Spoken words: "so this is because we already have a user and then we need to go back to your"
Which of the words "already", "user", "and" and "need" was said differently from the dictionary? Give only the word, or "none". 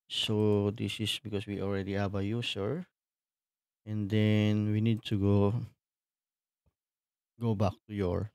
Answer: user